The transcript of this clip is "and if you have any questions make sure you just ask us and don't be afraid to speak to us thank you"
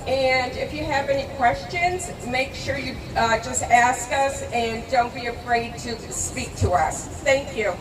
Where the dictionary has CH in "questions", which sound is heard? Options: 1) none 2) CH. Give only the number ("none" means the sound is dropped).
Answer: 2